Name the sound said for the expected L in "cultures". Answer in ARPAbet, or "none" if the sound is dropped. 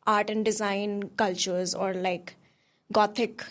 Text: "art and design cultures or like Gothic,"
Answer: L